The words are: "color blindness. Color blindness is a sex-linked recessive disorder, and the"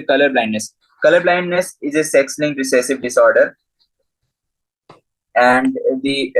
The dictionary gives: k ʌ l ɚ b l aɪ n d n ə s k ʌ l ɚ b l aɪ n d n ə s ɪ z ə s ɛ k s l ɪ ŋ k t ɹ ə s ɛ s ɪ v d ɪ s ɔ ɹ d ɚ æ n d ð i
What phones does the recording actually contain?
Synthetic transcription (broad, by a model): k ʌ l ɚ b l aɪ n d n ə s k ʌ l ɚ b l aɪ n d n ə s ɪ z ə s ɛ k s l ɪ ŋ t ɹ ə s ɛ s ɪ v d ɪ s ɔ ɹ d ɚ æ n d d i